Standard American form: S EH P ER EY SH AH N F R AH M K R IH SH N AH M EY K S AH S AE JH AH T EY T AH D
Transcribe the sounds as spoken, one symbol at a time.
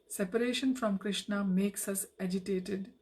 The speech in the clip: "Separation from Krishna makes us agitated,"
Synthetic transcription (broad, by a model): S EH P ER EY SH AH N F R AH M K R IH SH N AH M EY K S AH S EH JH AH T EY T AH D